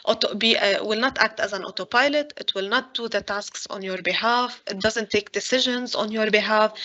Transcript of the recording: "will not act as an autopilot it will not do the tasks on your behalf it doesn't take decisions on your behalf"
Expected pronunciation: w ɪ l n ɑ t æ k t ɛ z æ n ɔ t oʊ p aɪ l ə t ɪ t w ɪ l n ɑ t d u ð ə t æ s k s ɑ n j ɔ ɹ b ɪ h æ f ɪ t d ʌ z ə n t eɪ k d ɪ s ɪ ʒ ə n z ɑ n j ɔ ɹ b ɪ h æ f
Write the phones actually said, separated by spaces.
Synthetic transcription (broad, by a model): w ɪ l n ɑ t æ k t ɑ z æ n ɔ t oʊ p aɪ l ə t ɪ t w ɪ l n ɑ t d u ð ə t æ s k s ɑ n j ɔ ɹ b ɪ h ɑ f ɪ t d ʌ z ə n t eɪ k d ɪ s ɪ ʒ ə n z ɑ n j ɔ ɹ b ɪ h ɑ f